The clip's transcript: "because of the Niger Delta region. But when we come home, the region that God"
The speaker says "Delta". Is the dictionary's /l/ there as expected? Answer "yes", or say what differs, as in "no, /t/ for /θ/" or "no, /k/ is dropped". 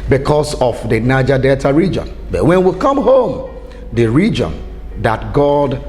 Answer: no, /l/ is dropped